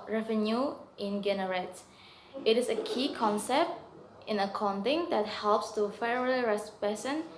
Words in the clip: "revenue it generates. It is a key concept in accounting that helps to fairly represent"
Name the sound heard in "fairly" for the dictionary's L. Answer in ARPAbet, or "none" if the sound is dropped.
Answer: none